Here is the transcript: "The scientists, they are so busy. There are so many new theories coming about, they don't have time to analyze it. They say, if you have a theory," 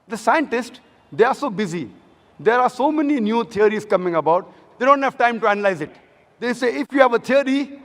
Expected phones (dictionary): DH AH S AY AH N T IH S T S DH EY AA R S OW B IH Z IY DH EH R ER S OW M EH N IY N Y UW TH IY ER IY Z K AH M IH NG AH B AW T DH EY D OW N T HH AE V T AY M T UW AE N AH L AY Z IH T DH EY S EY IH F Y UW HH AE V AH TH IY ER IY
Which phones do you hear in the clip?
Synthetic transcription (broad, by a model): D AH S AY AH N T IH S T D EY AA R S OW B IH Z IY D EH R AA S OW M EH N IY N Y UW T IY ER IY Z K AH M IH NG AH B AW T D EY D OW N T HH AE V T AY M T UW AE N AH L AY Z IH T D EY S EY IH F Y UW HH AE V AH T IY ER IY